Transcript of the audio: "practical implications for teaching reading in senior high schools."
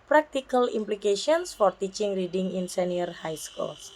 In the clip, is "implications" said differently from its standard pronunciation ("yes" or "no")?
yes